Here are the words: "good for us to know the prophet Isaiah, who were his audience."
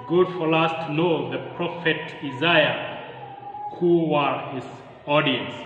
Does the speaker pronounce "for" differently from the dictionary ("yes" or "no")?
yes